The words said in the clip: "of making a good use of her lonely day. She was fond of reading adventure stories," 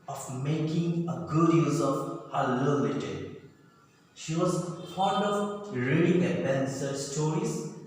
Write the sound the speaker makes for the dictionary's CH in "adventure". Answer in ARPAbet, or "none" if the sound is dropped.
S